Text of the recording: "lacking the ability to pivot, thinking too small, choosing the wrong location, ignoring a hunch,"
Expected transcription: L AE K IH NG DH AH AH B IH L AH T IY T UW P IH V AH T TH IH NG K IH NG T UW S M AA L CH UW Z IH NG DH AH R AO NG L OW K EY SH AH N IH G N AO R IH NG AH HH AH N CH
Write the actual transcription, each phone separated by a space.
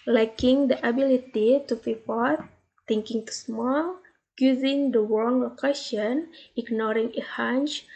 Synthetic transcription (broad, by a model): L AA K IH NG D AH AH B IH L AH T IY T UW F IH F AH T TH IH NG K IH NG T UW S M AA L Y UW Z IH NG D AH W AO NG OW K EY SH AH N IH G N AO R IH NG AH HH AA N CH